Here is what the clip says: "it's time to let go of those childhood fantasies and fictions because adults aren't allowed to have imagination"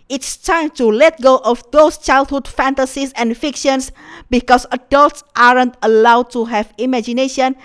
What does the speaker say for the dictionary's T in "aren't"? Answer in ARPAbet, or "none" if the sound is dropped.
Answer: T